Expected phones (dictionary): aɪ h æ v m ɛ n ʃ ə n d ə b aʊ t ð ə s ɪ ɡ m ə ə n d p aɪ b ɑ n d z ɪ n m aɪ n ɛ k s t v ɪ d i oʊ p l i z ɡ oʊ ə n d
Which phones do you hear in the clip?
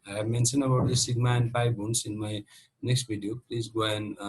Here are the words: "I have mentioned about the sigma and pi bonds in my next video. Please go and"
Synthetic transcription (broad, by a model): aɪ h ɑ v m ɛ n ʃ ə n ə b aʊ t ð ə s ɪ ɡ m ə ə n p aɪ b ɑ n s ɪ n m aɪ n ɛ k s t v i d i oʊ p l i z ɡ oʊ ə n